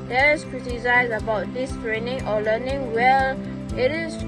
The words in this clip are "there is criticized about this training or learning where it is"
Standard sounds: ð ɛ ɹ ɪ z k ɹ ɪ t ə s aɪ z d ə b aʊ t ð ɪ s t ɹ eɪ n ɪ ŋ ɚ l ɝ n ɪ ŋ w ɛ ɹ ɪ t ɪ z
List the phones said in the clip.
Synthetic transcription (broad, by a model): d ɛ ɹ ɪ s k ɹ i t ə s aɪ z ə b aʊ t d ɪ s t ɹ eɪ n ɪ ŋ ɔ l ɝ n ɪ ŋ w ɛ l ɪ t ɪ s